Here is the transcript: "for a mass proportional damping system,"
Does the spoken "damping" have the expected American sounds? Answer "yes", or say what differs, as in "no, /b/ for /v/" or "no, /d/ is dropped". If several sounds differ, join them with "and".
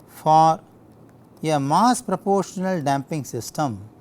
yes